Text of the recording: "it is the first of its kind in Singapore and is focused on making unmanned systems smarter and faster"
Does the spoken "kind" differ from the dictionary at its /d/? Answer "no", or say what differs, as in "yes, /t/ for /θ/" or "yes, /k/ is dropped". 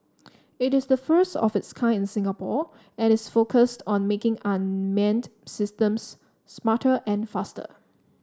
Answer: yes, /d/ is dropped